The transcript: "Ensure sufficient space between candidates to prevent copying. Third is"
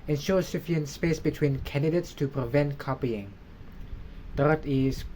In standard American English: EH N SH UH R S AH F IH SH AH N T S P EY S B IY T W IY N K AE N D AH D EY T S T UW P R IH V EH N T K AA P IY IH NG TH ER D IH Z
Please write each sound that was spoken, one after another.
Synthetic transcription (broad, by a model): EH N SH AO S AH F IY AH N S P EY S B IY T W IY N K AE N D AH D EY T S T UW P R IH V EH N T K AA P IY IH NG T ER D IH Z